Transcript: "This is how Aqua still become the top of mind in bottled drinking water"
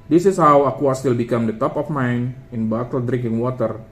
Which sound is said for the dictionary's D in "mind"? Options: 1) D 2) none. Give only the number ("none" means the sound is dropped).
2